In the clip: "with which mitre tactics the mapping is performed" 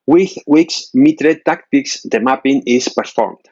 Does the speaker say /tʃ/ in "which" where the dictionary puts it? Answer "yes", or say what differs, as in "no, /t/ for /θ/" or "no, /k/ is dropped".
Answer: no, /s/ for /tʃ/